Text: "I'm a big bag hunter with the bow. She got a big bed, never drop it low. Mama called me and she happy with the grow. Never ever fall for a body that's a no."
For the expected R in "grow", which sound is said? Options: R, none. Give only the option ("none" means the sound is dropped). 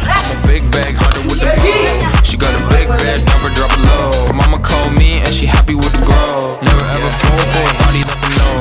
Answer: none